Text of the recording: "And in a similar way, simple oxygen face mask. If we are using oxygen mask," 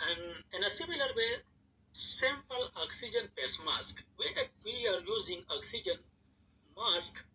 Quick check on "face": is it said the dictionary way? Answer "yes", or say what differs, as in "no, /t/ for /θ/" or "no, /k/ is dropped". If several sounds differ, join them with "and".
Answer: no, /p/ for /f/